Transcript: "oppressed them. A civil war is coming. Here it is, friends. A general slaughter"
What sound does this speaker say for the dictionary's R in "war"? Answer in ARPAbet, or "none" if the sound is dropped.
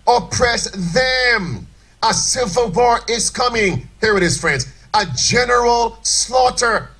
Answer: R